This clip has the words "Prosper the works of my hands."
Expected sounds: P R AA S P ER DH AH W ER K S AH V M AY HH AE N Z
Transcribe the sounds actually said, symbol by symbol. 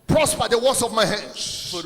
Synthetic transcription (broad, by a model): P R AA S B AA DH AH W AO S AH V M AY HH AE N